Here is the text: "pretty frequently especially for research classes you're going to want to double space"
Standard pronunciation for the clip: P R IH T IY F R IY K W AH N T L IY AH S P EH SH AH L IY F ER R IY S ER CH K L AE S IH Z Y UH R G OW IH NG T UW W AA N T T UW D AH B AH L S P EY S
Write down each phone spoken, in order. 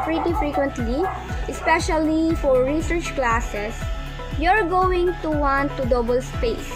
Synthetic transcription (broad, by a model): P R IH T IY F R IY K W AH N T L IY AH S P EH SH AH L IY F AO R IY S ER CH K L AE S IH S Y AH R G OW IH NG T UW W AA N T T UW D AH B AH L S P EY S